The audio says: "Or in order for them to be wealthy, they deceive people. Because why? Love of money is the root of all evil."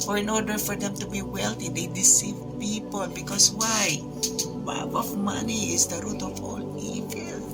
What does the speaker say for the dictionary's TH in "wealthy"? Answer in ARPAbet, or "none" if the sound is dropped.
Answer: T